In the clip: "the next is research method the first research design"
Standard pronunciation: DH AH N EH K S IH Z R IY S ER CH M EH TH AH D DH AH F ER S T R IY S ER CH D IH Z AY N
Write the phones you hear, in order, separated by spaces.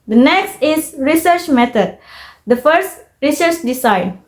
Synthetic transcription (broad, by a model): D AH N EH K S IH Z R IY S ER CH M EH T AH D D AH F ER S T R IY S ER CH D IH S AY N